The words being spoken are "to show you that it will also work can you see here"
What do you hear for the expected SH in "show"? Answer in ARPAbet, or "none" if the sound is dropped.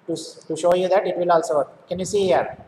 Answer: SH